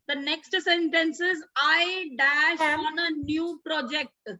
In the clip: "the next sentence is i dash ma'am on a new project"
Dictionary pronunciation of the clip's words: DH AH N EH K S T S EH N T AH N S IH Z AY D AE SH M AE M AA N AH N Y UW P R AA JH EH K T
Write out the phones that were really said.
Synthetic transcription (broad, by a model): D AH N EH K S T S EH N T AH N S IH Z AY D AE SH AA N AH N Y UW P R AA JH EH K T